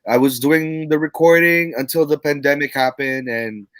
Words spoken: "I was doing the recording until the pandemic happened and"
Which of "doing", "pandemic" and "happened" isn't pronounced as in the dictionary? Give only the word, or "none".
none